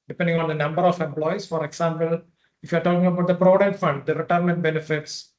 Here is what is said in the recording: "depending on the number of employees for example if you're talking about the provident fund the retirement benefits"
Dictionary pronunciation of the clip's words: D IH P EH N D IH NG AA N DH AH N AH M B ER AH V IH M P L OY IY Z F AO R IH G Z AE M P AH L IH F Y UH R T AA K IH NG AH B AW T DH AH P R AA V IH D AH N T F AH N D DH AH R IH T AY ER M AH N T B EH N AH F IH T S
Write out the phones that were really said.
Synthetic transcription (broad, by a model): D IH P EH N D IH NG AA N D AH N AH M B ER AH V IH M P L OY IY S F AO R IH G S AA M P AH L IH F Y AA R T AA K IH NG AH B AW T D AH P R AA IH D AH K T F AH N D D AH R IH T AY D M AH N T B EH N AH F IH T S